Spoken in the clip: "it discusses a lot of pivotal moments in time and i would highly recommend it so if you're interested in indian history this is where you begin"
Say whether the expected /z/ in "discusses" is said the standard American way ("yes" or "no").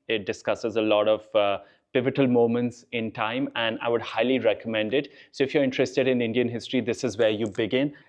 yes